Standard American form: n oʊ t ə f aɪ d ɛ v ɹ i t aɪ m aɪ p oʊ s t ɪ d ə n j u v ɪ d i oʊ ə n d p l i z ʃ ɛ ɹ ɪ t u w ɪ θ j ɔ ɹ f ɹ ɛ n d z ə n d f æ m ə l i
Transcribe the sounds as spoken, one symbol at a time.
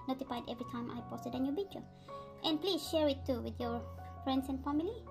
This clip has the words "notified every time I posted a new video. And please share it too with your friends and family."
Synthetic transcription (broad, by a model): n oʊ t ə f aɪ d ɛ v ɹ i t aɪ m aɪ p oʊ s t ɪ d ə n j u b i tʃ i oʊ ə n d p l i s ʃ ɛ ɹ ɪ t u w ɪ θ j ɔ ɹ f ɹ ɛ n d s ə n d f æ m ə l i